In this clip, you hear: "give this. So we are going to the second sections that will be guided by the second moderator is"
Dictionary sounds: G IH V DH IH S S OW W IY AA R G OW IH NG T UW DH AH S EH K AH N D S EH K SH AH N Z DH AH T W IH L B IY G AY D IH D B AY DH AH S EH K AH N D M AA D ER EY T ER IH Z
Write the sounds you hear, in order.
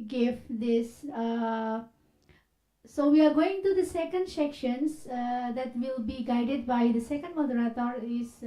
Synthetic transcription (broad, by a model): G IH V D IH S S OW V IY AA R G OW IH NG T UW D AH S EH K AH N D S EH K SH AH N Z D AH T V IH L B IY G AY D IH D B AY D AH S EH K AH N D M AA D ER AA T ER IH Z